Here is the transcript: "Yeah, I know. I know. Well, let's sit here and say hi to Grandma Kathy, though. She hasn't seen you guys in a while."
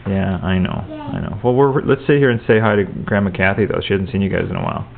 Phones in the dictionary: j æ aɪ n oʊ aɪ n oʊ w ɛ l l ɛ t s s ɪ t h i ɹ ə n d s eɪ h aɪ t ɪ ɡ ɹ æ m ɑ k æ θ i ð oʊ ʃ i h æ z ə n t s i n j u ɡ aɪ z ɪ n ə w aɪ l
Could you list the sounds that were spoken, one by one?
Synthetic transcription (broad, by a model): j æ aɪ n oʊ aɪ n oʊ w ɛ l l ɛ t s s ɪ t h i ɹ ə n s eɪ h aɪ t ɪ ɡ ɹ æ m ɑ k æ θ i ð oʊ ʃ i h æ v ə n t s i n j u ɡ aɪ z ɪ n ə w aɪ l